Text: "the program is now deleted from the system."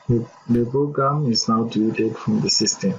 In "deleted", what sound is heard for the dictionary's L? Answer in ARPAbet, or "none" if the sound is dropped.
none